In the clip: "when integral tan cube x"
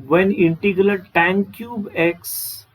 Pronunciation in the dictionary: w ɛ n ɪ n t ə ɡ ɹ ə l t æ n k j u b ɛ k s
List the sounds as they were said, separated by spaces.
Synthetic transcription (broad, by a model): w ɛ n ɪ n t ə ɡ l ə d t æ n k j u b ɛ k s